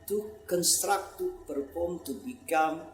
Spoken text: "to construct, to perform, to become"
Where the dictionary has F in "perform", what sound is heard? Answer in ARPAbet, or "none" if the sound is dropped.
P